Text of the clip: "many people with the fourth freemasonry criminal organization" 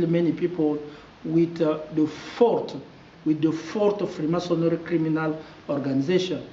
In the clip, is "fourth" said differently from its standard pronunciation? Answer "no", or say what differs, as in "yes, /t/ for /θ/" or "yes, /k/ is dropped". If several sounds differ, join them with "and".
yes, /t/ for /θ/